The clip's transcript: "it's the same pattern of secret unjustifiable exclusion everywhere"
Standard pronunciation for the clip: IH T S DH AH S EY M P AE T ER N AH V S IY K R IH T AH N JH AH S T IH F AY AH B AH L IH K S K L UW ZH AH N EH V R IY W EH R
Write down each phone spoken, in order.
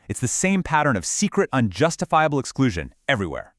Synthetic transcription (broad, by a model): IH T S DH AH S EY M P AE T ER N AH V S IY K R IH T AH N JH AH S T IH F AY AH B L IH K S K L UW ZH AH N EH V R IY W EH R